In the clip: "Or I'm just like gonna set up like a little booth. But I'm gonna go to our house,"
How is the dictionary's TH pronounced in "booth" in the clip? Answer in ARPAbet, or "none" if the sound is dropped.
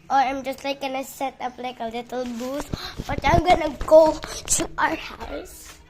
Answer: S